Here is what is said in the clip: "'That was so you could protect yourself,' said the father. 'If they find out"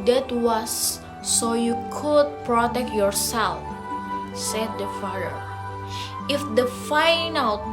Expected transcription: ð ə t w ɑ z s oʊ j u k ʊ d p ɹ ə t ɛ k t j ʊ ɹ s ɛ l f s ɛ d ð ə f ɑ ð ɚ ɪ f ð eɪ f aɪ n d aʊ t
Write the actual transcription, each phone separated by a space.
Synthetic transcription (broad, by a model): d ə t w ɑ s oʊ j u k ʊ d p ɹ ə t ɛ k t j ʊ ɹ s ɛ l f s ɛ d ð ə f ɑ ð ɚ ɪ f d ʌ f aɪ n aʊ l